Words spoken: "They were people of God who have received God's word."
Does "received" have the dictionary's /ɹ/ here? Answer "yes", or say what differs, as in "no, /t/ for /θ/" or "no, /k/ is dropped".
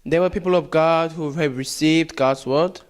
yes